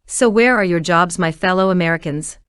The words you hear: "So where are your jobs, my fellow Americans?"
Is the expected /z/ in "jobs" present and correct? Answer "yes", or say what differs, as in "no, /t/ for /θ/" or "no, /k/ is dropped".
yes